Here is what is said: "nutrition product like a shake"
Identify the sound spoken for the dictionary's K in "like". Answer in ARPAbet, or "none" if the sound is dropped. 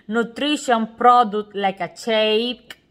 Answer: K